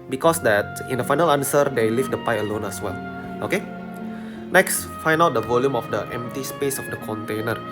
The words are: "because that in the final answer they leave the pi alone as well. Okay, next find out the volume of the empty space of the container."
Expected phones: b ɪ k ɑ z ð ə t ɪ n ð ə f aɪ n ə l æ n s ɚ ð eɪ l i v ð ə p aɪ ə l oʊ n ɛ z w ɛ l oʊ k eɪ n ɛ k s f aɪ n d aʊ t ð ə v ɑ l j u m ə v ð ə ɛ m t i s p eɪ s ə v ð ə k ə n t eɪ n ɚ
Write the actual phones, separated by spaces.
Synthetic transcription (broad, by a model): b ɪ k ɑ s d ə t ɪ n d ə f aɪ n ə l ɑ n s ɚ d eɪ l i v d ə p aɪ ə l oʊ n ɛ s w ɛ l oʊ k eɪ n ɛ k s f aɪ n aʊ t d ə v ɑ l j u m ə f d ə ɛ m t i s p eɪ s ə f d ə k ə n t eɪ n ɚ